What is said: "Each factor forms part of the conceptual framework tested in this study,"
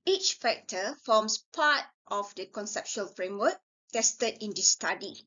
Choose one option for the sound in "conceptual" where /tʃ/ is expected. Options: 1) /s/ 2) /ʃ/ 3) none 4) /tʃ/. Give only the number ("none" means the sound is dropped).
2